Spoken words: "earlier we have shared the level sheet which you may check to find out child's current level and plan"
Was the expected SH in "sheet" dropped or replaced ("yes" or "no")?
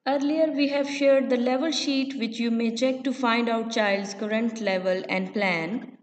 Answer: no